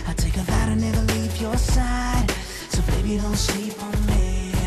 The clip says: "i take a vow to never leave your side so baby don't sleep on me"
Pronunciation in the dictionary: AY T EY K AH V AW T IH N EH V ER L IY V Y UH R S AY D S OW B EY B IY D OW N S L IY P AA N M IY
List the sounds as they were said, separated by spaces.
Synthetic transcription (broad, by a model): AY T EY K AH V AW T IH N EH V ER L IY V Y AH R S AY D S OW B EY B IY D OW L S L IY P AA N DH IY